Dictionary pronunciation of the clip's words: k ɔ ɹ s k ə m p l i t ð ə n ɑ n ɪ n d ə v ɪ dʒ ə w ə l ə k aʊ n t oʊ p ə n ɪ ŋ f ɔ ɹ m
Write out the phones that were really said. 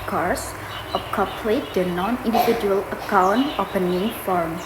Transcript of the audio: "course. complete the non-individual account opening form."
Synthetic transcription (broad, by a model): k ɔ ɹ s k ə p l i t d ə n ɑ n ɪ n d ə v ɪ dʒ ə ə l ə k aʊ n t oʊ p ə n ɪ ŋ f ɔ ɹ m